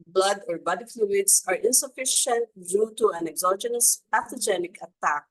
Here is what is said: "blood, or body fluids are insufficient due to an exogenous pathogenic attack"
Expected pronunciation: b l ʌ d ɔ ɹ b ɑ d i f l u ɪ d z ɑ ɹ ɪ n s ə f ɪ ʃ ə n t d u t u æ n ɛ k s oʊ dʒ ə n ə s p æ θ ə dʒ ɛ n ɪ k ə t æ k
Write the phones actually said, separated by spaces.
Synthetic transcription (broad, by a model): b l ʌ d ɔ ɹ b ɑ d i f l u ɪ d s ɑ ɹ ɪ n s ə f ɪ ʃ ə n t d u t u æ n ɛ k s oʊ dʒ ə n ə s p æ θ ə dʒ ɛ n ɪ k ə t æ k